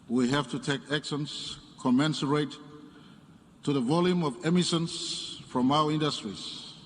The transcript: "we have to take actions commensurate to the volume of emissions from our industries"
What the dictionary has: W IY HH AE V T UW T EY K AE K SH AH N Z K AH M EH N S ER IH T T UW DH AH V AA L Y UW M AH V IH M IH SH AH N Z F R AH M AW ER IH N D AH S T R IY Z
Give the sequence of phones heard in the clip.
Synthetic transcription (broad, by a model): W IY HH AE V T UW T EY K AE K S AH N S K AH M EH N S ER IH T T UW DH AH V AA L Y UW M AH V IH M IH S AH N S F R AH M AW ER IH N D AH S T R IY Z